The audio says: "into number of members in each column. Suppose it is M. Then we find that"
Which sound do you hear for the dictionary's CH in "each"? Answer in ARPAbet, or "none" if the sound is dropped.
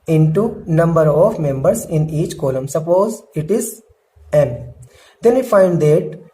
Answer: CH